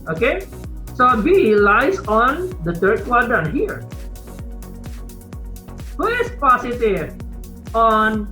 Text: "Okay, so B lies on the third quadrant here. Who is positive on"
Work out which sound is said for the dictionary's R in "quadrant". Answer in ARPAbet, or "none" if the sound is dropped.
none